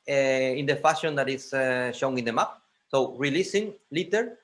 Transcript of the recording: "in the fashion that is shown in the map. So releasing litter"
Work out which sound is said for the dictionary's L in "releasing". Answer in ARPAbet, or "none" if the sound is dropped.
L